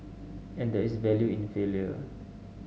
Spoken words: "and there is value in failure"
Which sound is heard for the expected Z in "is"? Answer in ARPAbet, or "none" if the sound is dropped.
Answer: S